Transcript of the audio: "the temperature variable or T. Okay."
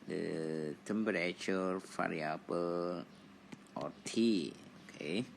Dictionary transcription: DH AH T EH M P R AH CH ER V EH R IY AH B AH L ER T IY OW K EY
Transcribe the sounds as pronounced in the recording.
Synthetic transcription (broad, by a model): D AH T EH M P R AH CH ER F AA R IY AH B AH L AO T IY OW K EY